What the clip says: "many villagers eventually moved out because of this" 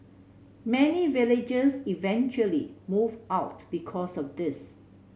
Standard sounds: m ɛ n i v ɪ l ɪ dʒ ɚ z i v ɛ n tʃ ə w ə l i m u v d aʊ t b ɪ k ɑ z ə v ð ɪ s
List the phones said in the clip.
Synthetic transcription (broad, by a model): m ɛ n i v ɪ l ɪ dʒ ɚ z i v ɛ n tʃ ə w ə l i m u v aʊ t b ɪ k ɑ s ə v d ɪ s